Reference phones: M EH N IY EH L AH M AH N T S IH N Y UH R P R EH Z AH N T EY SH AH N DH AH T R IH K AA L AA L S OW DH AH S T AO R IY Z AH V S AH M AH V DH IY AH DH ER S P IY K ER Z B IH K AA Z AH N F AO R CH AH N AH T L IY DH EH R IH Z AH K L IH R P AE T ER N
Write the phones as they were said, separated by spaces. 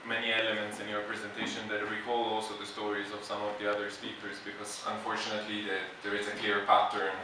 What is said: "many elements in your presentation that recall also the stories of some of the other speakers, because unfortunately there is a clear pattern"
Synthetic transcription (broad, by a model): M EH N IY EH L AH M AH N T S IH N Y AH R P R EH Z AH N T EY SH AH N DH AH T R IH K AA L AA L S OW DH AH S T AO R IY Z AH V S AH M AH V DH IY AH DH ER S P IY K ER Z B IH K AA Z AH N F AO R CH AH N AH T L IY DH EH R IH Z AH K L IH R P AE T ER